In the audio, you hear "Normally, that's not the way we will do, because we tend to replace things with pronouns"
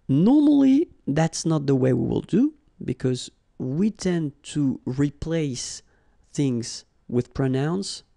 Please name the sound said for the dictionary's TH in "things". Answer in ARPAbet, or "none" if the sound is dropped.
TH